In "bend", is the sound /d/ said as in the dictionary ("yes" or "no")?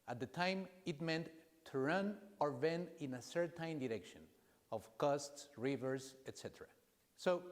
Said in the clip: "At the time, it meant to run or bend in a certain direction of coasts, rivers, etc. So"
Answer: no